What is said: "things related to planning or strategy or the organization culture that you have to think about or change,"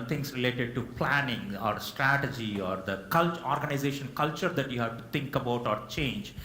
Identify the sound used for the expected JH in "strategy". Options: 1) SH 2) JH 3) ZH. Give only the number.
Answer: 2